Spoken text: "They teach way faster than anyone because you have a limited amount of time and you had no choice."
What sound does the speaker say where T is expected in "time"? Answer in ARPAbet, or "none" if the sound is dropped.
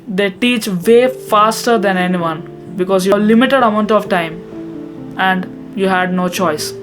T